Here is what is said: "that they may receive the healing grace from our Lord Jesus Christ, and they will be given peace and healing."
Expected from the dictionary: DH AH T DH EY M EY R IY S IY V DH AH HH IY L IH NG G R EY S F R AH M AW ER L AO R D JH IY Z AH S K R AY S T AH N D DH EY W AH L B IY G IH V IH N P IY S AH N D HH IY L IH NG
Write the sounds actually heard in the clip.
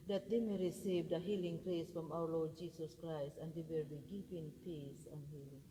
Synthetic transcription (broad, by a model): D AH T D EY M EY R IY S IY V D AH HH IY L IH NG G R EY S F R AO M AW ER L AO R D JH IY S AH S K R AY S T AH N D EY W AH L B IY G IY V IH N P IY S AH N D HH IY L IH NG